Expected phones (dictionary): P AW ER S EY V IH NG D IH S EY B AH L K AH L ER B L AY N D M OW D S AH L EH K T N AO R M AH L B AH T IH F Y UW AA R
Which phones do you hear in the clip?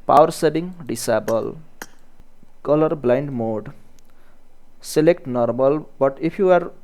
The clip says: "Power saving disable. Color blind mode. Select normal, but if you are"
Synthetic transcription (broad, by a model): P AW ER S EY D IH NG D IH S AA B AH L K AH L ER B L AY N D M OW D S AH L EH K T N AO R M AH L B AH T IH P Y UW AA R